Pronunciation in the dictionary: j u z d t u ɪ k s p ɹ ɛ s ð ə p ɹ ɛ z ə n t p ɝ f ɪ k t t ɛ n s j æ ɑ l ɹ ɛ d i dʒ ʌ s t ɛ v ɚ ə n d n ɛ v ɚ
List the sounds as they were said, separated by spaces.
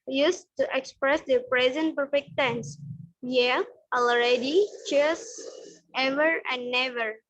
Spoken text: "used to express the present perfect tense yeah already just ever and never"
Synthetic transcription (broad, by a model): j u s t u ɪ k s p ɹ ɛ s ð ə p ɹ ɛ z ə n t p ɝ f ɪ k t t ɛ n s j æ ɑ l ɹ ɛ d i tʃ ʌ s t ɛ v ɚ ə n d n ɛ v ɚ